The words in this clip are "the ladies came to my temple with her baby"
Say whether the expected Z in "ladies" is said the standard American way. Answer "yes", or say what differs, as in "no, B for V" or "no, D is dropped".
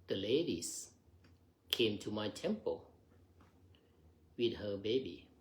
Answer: no, S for Z